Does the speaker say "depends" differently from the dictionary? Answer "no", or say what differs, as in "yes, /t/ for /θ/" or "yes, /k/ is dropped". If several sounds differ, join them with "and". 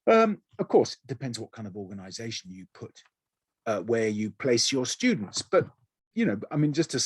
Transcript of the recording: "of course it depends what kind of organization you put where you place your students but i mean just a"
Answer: no